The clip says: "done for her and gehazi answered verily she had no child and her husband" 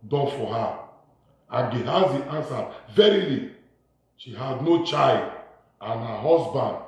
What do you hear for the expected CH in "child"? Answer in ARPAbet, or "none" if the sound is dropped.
CH